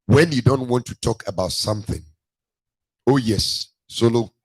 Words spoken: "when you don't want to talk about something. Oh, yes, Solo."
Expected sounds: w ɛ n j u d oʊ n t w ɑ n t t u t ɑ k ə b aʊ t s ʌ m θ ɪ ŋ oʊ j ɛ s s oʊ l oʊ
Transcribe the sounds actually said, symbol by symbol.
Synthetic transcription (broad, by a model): w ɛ n j u d oʊ n t w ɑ n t t u t ɑ k ə b aʊ t s ʌ m θ ɪ ŋ oʊ j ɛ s s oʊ l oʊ